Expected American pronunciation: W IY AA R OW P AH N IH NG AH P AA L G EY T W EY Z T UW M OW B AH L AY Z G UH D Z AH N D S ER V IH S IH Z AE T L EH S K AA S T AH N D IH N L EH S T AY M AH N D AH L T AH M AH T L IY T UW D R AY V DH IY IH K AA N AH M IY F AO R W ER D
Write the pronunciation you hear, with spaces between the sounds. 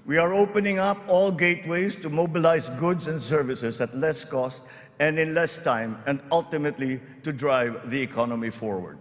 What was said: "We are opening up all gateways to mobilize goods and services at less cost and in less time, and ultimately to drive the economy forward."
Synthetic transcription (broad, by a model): W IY AA R OW P AH N IH NG AH P AA L G EY T W EY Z T UW M OW B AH L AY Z G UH D S AH N D S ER V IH S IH S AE T L EH S K AA S T AH N D IH N L EH S T AY M AH N D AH L T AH M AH T L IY T UW D R AY V DH IY IH K AA N AH M IY F AO R W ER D